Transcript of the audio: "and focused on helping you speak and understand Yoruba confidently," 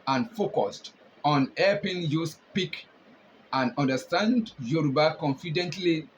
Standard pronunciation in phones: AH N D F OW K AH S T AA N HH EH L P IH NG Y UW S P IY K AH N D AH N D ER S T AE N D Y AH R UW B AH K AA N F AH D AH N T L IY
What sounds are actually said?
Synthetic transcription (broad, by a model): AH N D F OW K AH S T AA N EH P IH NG Y UW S P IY K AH N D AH N D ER S T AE N D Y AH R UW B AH K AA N F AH D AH N T L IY